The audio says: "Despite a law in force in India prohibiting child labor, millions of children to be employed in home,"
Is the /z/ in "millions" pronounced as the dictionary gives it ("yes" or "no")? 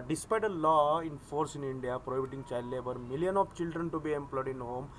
no